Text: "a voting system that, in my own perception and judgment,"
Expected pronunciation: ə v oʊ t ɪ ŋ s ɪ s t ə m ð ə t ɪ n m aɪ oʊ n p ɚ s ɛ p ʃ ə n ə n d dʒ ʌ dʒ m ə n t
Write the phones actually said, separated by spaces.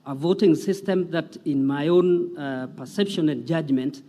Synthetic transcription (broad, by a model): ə v oʊ t ɪ ŋ s ɪ s t ə m ð ə t ɪ n m aɪ oʊ n p ɚ s ɛ p ʃ ə n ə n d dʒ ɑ dʒ m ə n t